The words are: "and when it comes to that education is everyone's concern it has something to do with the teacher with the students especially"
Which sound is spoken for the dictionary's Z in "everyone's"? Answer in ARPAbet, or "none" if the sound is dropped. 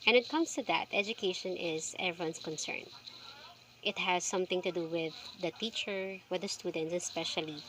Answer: S